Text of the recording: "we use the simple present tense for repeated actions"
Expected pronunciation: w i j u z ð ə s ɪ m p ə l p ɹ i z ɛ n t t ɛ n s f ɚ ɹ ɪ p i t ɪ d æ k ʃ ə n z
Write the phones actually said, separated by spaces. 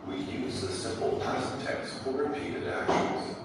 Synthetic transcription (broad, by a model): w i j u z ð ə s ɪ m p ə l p i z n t t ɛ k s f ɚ ɹ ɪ p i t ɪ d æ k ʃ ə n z